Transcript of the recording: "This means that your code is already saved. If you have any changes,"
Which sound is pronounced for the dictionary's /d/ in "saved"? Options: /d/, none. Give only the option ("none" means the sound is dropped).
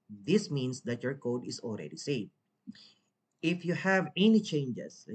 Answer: none